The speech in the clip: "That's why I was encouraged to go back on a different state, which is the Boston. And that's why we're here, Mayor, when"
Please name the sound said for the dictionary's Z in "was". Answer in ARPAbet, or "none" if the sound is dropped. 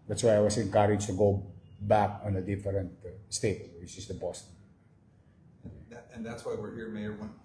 S